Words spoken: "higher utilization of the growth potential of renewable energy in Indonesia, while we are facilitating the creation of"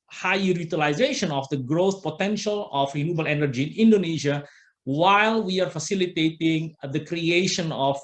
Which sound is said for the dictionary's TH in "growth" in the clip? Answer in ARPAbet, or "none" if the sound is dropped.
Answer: S